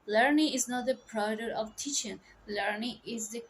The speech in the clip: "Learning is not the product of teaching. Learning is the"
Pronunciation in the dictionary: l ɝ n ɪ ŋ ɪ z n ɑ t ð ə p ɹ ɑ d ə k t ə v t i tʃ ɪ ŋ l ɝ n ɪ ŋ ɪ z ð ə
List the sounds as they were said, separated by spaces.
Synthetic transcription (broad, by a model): l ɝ n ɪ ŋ ɪ z n ɑ t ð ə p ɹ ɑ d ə t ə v t i tʃ ɪ ŋ l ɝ n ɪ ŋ ɪ z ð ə